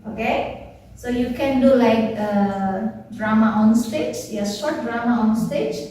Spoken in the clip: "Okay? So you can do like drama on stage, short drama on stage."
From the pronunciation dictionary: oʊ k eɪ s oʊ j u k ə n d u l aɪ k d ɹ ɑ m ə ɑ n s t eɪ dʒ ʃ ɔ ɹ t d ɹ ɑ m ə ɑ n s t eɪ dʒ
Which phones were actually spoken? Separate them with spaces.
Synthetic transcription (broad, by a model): oʊ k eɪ s oʊ j u k ə n d u l aɪ k d ɹ ɑ m ə ɑ n s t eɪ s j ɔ w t d ɹ ɑ m ə ɑ n s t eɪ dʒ